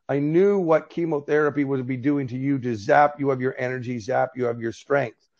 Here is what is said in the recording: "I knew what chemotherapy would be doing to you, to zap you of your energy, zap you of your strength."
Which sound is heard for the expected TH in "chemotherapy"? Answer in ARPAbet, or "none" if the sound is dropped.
TH